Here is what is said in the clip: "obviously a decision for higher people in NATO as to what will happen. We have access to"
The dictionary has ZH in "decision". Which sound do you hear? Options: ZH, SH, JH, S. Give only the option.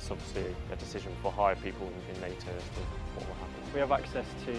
ZH